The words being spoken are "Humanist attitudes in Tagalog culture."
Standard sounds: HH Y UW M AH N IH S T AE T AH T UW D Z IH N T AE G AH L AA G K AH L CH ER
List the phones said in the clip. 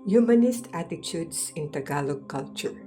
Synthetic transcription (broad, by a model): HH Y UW M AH N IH S T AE T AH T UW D S IH N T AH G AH L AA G K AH L CH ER